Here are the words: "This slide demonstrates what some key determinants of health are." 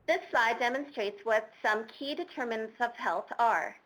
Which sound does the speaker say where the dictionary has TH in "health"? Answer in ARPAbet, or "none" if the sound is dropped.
TH